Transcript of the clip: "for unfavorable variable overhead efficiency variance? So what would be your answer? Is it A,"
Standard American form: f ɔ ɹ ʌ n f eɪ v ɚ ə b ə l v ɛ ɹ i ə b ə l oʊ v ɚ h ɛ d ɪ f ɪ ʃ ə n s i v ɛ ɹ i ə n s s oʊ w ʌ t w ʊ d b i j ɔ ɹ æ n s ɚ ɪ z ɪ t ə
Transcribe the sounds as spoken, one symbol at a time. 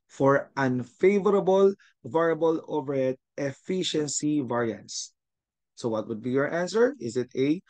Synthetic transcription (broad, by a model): f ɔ ɹ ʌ n f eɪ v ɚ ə b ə l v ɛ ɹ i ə b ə l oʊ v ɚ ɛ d ɪ f ɪ ʃ ə n s i v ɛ ɹ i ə n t s oʊ w ʌ t w ʊ d b i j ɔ ɹ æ n s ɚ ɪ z ɪ t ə